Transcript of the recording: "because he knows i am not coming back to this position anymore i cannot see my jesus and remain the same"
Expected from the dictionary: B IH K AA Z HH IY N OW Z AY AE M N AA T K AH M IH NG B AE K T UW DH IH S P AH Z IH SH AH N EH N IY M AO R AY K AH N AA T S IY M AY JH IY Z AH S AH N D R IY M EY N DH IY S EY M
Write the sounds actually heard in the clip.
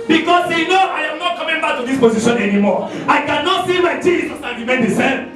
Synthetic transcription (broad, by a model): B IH K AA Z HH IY N OW AY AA M N AA T K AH M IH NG B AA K T UW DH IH S P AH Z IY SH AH N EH N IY M AO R AY K AH N AA T S IY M AY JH IY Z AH S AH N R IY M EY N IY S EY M